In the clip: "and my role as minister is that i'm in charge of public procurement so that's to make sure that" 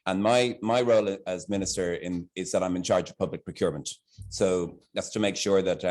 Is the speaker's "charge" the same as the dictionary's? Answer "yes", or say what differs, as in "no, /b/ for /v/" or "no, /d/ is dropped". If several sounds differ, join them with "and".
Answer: yes